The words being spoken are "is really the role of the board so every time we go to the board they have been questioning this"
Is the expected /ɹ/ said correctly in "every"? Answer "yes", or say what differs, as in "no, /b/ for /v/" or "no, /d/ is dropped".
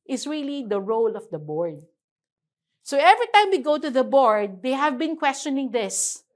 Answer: yes